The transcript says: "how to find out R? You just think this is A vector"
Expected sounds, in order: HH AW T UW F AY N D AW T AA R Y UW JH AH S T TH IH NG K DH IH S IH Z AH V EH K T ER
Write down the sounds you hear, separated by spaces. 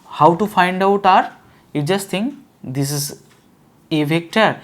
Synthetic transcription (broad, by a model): HH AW T UW F AY N D AW T AA R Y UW JH AH S T T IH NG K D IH S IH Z AH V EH K T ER